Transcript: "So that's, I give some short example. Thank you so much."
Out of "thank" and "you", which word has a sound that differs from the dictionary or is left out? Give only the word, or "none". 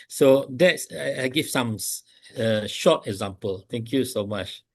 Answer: thank